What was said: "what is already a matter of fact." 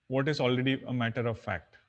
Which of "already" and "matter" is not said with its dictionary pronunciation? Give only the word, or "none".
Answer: none